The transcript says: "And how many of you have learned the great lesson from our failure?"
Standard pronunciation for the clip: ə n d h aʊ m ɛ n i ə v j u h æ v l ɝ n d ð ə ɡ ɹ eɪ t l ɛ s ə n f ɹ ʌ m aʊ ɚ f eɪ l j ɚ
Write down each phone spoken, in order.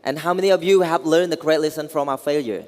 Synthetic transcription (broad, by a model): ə n h aʊ m ɛ n i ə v j u h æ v l ɝ n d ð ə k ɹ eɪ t l ɛ s ə n f ɹ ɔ m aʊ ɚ f eɪ l j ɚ